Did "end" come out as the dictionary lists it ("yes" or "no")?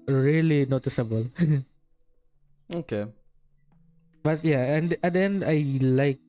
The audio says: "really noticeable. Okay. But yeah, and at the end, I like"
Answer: no